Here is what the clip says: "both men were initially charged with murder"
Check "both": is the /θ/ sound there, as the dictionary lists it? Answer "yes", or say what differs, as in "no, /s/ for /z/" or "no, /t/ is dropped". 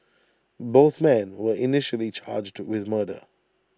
yes